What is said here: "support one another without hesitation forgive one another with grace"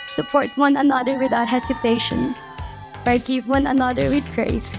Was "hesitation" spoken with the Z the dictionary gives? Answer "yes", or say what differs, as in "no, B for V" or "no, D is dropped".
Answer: no, S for Z